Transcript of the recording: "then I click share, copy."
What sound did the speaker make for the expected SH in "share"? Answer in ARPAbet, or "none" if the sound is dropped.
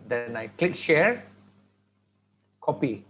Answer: SH